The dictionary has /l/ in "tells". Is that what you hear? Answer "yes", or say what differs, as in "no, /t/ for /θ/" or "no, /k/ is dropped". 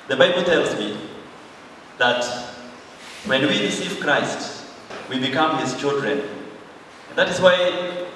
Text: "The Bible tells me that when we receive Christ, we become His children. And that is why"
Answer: yes